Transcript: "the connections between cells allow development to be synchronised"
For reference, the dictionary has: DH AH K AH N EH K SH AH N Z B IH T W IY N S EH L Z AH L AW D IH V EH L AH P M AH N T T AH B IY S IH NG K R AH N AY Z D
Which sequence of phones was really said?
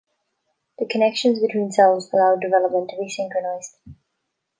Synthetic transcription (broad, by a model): DH AH K AH N EH K SH AH N Z B IH T W IY N S EH L Z AH L AW D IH V EH L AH P M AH N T T AH B IY S IH NG K R AH N AY Z D